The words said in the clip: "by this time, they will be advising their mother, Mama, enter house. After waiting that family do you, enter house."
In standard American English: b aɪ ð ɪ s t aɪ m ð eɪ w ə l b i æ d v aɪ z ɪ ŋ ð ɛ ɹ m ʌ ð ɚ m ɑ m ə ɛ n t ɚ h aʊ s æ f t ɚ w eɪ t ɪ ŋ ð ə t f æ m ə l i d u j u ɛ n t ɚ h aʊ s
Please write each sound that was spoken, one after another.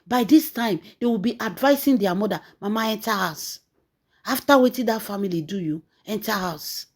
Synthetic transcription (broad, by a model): b aɪ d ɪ s t aɪ m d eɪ w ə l b i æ d v aɪ s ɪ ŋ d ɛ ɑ m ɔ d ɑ m ɑ m ə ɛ n t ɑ h aʊ s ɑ f t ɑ w eɪ t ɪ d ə t f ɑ m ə l i d u j u ɛ n t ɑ h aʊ s